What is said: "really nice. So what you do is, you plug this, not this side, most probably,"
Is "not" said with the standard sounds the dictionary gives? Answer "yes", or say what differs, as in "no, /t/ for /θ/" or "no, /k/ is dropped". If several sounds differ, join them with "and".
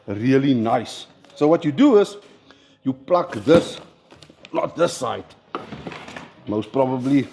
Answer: no, /l/ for /n/